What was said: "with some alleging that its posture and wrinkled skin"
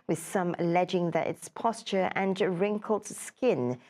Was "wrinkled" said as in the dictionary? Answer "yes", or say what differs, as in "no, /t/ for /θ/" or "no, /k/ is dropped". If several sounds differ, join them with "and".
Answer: yes